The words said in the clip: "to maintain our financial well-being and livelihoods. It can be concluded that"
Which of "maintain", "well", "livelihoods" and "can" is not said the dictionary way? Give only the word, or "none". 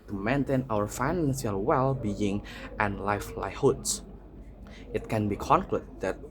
livelihoods